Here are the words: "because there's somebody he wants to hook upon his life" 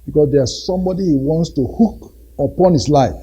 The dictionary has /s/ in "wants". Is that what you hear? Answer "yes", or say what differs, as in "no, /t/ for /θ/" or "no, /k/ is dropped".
yes